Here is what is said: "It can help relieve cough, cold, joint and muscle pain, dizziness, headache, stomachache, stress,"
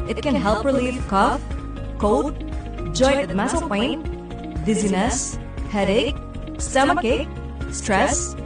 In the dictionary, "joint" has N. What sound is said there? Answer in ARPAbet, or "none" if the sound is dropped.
none